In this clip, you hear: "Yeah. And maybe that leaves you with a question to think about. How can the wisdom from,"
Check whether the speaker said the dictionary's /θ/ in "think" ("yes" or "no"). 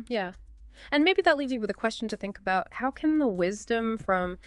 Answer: yes